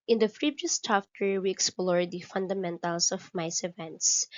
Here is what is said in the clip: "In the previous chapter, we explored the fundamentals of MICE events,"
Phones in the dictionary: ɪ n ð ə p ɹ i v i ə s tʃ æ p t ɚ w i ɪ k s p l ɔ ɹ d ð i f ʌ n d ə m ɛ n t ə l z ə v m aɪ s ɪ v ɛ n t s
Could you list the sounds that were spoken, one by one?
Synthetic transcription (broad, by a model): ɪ n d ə f ɹ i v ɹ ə s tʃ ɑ f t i w i ɪ k s p l ɔ ɹ d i f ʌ n d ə m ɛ n t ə l s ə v m aɪ s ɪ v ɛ n t s